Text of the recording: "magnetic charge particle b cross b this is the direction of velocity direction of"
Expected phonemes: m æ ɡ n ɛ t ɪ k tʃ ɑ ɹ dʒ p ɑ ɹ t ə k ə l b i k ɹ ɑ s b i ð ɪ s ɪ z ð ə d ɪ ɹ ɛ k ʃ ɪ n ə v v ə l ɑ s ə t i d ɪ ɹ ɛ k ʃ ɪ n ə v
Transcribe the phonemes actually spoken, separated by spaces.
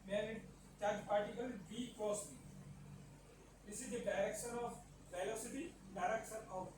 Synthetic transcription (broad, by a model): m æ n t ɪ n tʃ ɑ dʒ p ɑ ɹ t ə k ə l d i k ɑ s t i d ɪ s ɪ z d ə d ɪ ɹ ɛ k ʃ ɪ n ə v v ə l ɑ s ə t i d ɪ ɹ ɛ k ʃ ɪ n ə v